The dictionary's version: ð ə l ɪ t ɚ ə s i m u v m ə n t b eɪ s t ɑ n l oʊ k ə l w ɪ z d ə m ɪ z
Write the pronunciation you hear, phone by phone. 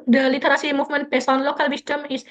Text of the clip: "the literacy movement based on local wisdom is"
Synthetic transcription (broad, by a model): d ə l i t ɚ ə s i m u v m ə n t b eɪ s ɑ n l oʊ k ə l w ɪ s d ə m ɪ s